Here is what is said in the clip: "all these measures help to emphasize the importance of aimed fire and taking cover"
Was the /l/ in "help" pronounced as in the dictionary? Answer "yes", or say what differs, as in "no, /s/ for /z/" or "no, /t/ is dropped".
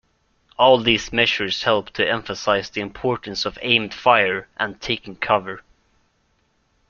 yes